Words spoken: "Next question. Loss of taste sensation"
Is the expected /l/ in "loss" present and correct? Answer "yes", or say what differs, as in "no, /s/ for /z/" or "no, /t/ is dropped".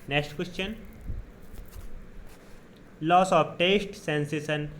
yes